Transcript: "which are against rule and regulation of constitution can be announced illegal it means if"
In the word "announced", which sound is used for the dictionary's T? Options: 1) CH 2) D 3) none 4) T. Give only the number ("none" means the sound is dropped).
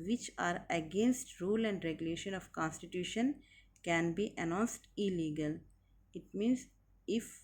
4